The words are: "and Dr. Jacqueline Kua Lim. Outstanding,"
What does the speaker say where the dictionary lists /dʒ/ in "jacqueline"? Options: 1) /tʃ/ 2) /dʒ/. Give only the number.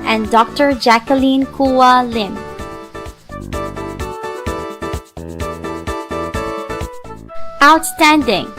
2